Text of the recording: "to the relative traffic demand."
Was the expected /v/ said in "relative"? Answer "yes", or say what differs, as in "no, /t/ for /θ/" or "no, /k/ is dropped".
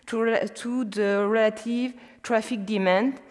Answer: yes